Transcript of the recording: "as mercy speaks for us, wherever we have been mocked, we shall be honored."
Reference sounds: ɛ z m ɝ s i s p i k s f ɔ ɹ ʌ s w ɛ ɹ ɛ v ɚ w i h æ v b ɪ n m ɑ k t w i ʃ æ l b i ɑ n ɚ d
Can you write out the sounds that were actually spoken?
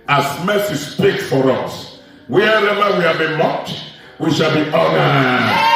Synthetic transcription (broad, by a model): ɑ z m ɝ s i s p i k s f ɔ ɹ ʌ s w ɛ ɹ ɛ v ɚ w i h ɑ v b ɪ n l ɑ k t w i ʃ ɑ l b i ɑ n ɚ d